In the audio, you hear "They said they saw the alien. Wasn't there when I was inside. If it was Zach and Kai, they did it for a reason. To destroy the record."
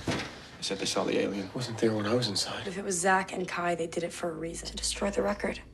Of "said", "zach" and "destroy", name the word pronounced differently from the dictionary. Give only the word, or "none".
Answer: none